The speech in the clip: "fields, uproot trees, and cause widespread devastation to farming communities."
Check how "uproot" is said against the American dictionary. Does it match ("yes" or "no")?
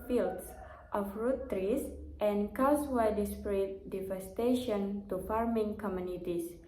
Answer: no